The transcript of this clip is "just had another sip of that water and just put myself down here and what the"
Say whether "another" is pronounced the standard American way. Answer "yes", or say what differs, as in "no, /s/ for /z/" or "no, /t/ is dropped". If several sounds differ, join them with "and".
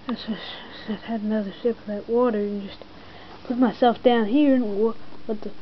yes